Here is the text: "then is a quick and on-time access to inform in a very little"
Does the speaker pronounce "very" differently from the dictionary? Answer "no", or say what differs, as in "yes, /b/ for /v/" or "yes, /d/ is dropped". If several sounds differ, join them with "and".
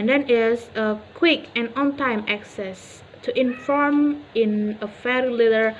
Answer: yes, /f/ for /v/